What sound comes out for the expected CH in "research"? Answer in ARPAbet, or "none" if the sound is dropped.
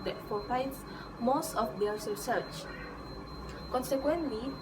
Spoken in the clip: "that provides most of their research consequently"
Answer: CH